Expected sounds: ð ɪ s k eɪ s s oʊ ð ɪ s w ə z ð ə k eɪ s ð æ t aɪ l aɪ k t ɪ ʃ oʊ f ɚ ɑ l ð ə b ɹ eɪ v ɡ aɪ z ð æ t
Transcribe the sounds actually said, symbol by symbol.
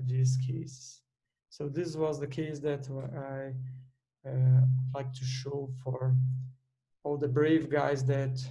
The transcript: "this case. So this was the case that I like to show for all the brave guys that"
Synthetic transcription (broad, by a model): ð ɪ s k eɪ s s oʊ ð ɪ s w ə z ð ə k eɪ s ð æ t aɪ l aɪ k t ɪ ʃ oʊ f ɚ ɑ l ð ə b ɹ eɪ v ɡ aɪ z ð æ t